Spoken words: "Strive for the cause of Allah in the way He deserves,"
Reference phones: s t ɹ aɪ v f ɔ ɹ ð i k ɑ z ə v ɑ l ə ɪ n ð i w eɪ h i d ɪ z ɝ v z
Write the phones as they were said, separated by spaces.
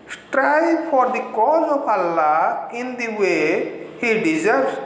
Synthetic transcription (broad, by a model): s t ɹ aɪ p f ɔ ɹ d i k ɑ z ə p ɑ l ə ɪ n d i w eɪ h i d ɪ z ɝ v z